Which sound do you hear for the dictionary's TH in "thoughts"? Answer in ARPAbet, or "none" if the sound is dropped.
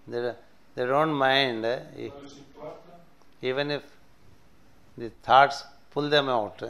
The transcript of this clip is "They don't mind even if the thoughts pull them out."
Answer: T